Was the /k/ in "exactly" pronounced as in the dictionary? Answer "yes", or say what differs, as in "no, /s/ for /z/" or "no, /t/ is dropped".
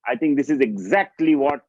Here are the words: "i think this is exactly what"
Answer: yes